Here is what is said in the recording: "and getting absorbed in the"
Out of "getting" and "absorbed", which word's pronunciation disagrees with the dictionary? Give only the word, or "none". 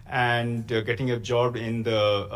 absorbed